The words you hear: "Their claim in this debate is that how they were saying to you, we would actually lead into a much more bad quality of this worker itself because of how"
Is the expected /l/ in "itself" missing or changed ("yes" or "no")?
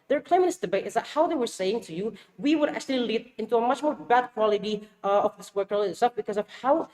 yes